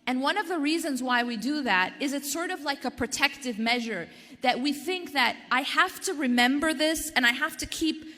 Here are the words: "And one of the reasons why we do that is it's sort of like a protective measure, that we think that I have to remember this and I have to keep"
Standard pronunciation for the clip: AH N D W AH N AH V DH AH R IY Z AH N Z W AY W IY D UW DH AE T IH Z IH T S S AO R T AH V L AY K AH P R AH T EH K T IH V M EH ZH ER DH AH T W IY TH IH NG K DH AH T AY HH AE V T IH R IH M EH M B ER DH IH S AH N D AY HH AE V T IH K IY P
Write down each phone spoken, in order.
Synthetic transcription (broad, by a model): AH N W AH N AH V DH AH R IY Z AH N Z W AY W IY D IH DH AE T IH Z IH T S S AO R T AH V L AY K AH P R AH T EH K T IH V M EH ZH ER DH AH T W IY TH IH NG K DH AH T AY HH AE F T IH R IH M EH M B ER DH IH S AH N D AY HH AE F T IH K IY P